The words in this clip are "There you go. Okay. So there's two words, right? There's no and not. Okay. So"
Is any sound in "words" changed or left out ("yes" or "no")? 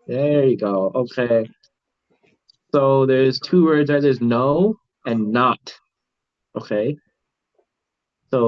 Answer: no